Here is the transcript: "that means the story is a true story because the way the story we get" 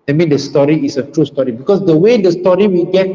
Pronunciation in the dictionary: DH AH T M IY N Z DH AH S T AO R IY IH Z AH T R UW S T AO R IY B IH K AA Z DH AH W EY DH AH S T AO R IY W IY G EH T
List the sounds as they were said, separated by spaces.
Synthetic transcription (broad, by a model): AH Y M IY N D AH S T AO R IY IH S AH T R UW S T AO R IY B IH K AA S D AH W EY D AH S T AO R IY W IY G EH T